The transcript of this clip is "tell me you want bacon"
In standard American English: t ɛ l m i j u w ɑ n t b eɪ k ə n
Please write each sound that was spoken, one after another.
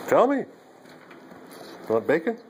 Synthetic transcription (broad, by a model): t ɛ l m i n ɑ t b eɪ k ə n